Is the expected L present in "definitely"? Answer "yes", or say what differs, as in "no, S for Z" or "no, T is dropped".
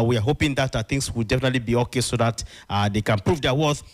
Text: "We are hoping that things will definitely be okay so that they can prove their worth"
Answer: yes